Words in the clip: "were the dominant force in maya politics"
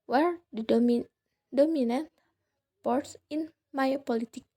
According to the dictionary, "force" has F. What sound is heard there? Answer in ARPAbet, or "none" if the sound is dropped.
P